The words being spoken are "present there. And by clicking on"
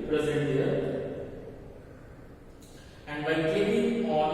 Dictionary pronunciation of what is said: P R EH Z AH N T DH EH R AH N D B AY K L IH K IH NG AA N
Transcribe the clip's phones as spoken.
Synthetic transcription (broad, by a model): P R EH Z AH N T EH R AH N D B AY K EH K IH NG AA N